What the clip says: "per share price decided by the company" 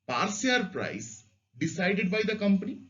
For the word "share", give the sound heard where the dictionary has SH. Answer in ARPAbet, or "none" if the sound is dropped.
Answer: S